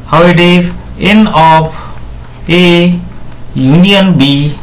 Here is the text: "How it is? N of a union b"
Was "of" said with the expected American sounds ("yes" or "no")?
no